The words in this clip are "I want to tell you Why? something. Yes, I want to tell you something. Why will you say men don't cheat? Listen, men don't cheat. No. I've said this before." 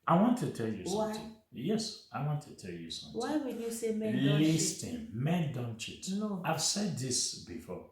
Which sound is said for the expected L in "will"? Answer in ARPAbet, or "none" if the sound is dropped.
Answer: N